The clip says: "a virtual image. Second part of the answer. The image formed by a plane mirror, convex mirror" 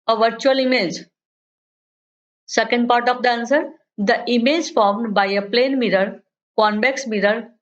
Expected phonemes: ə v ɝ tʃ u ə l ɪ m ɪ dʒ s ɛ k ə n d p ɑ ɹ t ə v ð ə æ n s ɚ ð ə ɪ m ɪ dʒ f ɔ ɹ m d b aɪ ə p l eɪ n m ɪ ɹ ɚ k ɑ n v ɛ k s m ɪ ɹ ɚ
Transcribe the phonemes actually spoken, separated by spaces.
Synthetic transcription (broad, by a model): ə v ɝ tʃ u ə l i m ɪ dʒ s ɛ k ə n d p ɑ ɹ t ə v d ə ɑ n s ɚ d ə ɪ m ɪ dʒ f ɔ ɹ m d b aɪ ə p l eɪ n m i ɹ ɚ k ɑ n b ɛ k s m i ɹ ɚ